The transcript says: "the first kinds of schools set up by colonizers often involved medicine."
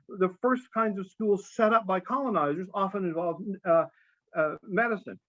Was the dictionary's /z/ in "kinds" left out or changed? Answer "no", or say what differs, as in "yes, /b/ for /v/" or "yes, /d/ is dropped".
no